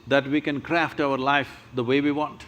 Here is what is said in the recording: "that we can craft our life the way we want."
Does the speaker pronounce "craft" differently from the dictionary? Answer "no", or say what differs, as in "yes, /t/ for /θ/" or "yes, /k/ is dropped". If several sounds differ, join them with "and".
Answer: no